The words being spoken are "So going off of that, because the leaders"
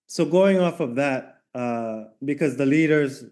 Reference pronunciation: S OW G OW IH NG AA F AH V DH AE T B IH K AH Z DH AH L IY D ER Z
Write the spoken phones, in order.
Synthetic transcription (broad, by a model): S OW G OW IH NG AA F AH V DH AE T B IH K AH Z DH AH L IY D ER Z